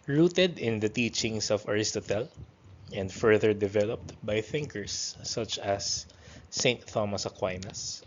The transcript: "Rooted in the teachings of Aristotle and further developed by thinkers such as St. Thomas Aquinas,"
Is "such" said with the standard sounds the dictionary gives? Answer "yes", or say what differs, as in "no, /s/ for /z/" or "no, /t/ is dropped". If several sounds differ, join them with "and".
yes